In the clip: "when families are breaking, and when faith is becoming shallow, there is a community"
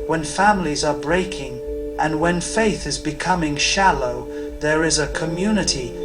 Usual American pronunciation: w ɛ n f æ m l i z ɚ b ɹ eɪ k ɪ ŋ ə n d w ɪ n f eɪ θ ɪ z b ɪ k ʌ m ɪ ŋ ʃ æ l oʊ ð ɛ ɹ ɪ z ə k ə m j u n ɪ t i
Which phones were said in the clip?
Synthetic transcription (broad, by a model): w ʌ n f æ m l i z ɚ b ɹ eɪ k ɪ ŋ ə n w ɪ n f eɪ θ ɪ z b ɪ k ʌ m ɪ ŋ ʃ æ l oʊ ð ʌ ɹ ɪ z ə k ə m j u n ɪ t i